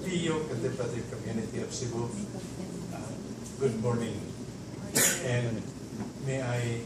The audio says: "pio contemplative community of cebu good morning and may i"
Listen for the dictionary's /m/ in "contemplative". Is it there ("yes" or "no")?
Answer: no